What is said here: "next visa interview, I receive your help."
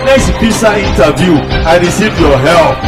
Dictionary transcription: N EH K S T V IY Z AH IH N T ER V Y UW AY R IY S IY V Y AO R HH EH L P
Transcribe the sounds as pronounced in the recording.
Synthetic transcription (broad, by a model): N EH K S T P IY S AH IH N T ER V Y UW AY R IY S IY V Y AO HH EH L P